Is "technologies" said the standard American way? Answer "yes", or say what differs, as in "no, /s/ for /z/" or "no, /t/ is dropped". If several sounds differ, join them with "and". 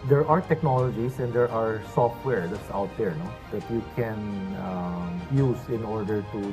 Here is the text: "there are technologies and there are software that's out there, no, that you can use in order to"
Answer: no, /s/ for /z/